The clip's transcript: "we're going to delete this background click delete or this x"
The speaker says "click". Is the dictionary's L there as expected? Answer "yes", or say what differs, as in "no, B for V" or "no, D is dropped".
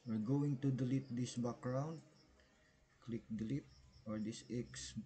yes